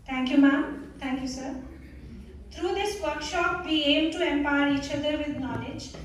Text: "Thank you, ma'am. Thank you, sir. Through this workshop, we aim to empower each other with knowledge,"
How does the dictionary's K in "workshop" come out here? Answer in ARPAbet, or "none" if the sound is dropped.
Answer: K